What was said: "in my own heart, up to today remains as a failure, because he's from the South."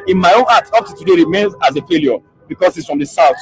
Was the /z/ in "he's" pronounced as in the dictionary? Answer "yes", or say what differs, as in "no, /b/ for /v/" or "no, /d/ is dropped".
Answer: no, /s/ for /z/